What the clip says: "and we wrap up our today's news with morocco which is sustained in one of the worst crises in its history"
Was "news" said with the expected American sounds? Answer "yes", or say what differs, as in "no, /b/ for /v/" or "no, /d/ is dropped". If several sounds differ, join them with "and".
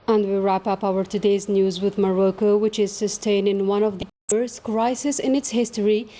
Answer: yes